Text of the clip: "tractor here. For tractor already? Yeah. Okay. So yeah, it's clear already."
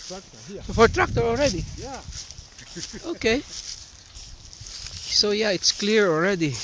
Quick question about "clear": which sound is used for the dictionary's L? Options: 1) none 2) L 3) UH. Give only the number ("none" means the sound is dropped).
2